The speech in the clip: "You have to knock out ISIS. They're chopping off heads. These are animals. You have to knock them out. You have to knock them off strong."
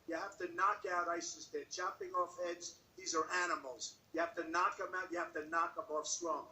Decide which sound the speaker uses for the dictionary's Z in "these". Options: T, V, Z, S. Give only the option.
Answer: Z